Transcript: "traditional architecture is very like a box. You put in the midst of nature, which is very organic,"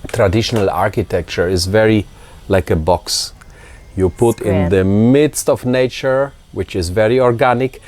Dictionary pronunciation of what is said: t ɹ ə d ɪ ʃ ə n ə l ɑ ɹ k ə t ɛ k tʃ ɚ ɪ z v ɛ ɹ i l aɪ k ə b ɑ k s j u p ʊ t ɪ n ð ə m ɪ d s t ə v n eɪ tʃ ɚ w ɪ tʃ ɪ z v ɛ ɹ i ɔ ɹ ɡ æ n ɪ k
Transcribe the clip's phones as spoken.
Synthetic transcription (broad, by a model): t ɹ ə d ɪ ʃ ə n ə l ɑ ɹ k ə t ɛ k tʃ ɚ ɪ z v ɛ ɹ i l aɪ k ə b ɑ k s j u p ʊ t ɪ n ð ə m ɪ d s t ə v n eɪ tʃ ɚ w ɪ tʃ ɪ z v ɛ ɹ i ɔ ɹ ɡ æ n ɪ k